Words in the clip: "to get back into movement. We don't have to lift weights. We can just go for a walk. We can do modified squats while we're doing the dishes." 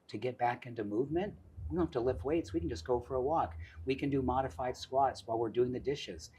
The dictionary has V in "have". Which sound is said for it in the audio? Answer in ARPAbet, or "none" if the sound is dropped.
F